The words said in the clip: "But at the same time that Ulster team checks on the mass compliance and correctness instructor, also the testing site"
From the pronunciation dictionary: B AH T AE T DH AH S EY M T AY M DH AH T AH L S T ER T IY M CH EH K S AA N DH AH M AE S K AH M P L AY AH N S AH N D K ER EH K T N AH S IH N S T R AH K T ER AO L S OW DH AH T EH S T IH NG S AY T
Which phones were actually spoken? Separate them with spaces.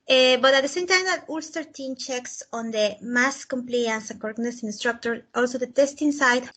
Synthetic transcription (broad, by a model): B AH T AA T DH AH S EY M T AY M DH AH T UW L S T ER T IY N CH EH K S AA N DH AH M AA S K AH M P L AY AH N S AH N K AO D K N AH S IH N S T R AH K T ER AO L S OW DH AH T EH S T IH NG S AY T